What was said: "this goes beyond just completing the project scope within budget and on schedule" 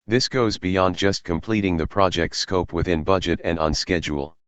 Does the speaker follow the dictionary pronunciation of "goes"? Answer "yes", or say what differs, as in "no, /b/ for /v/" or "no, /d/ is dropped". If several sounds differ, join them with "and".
yes